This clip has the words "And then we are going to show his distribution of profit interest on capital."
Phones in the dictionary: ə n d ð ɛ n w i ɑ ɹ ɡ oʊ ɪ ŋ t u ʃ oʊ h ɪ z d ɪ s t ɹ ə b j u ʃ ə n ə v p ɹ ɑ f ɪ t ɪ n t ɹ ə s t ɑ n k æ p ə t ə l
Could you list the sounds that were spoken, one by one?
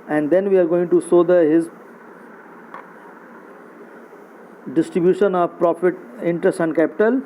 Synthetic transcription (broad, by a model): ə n d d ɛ n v i ɑ ɹ ɡ oʊ ɪ ŋ t u s oʊ h ɪ z d ɪ s t ɹ ə b j u ʃ ə n ə v p ɹ ɑ f ɪ t ɪ n t ɹ ə s t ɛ n k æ p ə t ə l